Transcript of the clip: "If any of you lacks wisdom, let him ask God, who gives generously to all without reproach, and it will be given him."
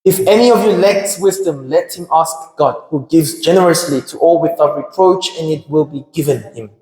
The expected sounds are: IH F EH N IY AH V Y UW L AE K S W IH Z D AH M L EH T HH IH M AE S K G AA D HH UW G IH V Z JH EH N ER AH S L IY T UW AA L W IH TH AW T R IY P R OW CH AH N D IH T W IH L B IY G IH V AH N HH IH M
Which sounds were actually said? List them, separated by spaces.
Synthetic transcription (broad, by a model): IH F EH N IY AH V Y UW L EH K S W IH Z D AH M L EH T HH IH M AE S K G AA D HH UW G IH V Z JH EH N ER AH S L IY T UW AA L W IH TH AW T R IY P R OW CH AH N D IH T W IH L B IY G IH V AH N HH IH M